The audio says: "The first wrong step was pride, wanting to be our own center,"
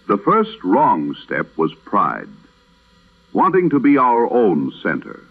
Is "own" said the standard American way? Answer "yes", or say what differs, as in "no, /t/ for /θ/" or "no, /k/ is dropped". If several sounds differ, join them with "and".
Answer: yes